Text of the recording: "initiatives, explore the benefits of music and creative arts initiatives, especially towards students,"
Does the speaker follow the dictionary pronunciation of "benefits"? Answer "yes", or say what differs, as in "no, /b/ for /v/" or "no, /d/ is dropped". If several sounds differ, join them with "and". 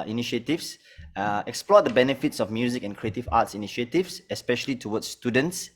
yes